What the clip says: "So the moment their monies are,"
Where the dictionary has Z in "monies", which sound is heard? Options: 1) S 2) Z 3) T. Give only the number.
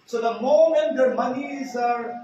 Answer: 2